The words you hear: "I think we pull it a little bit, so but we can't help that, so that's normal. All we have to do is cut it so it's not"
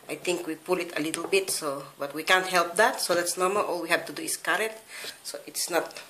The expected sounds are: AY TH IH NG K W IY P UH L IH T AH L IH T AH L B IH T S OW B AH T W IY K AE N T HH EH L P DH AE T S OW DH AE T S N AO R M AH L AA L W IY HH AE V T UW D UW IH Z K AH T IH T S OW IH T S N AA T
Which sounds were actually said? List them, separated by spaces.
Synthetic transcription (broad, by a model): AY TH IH NG K W IY P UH L IH T AH L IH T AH L B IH T S OW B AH T W IY K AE N T HH EH L P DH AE T S OW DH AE T S N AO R M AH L AA L W IY HH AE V T UW D UW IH S K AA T IH T S OW IH T S N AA T